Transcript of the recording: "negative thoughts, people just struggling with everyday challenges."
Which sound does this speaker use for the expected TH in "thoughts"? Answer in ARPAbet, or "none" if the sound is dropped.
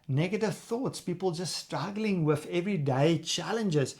TH